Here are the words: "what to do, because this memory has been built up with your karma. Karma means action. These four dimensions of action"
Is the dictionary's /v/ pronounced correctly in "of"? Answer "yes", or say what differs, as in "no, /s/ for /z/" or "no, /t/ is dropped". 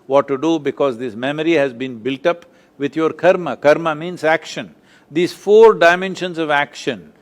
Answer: yes